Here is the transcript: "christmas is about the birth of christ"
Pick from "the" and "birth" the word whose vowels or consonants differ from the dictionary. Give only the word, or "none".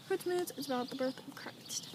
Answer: none